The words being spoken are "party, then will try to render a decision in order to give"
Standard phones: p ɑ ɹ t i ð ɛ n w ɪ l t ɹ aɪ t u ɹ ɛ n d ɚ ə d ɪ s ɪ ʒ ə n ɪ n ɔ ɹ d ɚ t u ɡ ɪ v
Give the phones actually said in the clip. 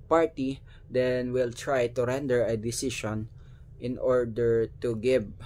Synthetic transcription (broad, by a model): p ɑ ɹ t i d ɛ n w ɪ l t ɹ aɪ t u ɹ ɛ n d ɚ ə d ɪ s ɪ ʃ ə n ɪ n ɔ ɹ d ɚ t u ɡ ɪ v